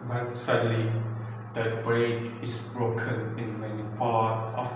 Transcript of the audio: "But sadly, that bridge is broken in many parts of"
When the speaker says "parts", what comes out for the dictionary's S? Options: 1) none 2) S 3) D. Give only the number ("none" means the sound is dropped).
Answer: 1